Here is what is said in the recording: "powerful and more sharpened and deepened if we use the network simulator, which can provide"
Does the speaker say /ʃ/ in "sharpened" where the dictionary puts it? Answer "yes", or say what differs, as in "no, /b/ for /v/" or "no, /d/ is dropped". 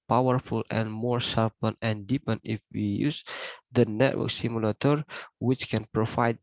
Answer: no, /s/ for /ʃ/